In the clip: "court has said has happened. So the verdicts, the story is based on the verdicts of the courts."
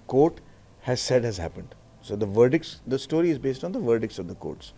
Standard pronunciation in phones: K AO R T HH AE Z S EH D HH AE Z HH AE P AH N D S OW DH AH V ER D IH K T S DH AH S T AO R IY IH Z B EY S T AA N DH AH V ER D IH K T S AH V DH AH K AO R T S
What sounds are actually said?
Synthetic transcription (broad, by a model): K AO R T HH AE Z S EH D HH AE Z HH AE P AH N D S OW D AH V ER D IH K T S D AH S T AO R IY IH Z B EY S T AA N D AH V ER D IH K T S AH V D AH K AO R T S